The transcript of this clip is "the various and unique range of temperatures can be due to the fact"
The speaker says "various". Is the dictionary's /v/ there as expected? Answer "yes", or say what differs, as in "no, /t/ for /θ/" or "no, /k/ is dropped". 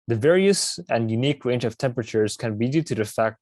yes